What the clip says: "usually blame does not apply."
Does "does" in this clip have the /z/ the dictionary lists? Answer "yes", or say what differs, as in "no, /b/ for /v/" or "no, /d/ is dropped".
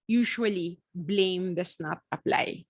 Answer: no, /s/ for /z/